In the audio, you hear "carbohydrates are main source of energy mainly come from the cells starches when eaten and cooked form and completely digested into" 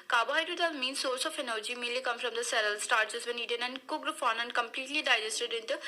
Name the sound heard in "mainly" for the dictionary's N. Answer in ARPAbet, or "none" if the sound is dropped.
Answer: none